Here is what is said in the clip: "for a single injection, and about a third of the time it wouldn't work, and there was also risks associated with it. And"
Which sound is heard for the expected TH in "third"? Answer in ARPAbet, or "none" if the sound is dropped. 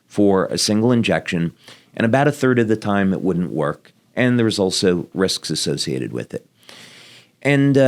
TH